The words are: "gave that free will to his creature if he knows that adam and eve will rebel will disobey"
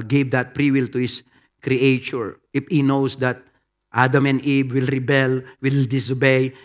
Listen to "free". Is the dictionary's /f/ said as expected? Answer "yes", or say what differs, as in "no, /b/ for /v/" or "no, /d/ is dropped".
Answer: no, /p/ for /f/